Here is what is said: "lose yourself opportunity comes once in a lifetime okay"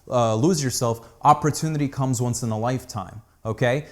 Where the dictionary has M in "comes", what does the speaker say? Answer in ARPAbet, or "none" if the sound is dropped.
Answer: M